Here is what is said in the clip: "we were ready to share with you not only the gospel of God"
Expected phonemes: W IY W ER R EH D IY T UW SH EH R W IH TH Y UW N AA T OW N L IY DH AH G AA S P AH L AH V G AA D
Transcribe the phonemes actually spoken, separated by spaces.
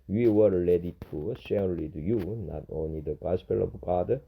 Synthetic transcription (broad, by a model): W IY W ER L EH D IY T UW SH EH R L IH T Y UW N AA T OW N L IY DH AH G AA S P AH L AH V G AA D